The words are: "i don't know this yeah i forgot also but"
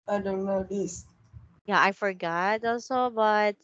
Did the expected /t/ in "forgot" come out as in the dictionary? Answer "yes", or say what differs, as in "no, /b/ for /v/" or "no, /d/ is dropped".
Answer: yes